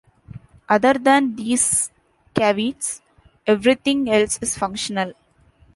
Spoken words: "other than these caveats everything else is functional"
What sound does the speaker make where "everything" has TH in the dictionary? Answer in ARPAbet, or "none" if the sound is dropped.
T